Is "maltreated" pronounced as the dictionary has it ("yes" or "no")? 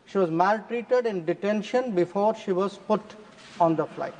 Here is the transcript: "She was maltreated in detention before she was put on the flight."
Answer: yes